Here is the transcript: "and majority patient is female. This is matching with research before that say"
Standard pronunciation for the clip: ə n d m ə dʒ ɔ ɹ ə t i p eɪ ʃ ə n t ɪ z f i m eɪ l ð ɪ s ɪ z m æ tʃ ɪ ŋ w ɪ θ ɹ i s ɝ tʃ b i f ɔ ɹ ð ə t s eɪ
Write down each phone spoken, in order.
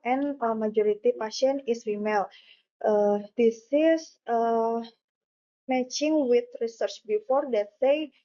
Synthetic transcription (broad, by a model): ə n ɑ m ə dʒ ɔ ɹ ə t i p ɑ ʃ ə n ɪ s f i m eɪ l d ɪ s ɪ s m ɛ tʃ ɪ ŋ w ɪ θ ɹ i s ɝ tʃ b i f ɔ ɹ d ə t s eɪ